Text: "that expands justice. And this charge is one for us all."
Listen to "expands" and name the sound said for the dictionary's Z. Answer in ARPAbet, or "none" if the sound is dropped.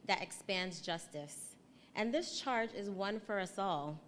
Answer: Z